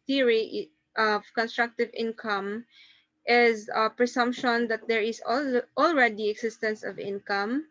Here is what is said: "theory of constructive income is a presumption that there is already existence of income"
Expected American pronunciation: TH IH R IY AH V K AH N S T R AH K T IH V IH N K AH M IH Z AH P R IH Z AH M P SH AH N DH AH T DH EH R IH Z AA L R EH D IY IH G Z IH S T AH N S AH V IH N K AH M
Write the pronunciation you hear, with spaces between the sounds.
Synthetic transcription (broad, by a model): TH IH R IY AH V K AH N S T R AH K T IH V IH N K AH M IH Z AH P R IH S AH M P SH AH N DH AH T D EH R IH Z AA L R EH D IY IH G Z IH S T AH N S AH V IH N K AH M